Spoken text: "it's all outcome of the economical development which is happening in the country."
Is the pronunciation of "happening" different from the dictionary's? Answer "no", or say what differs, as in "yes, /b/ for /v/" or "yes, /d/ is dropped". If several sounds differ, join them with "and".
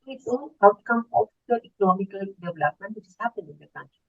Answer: yes, /n/ is dropped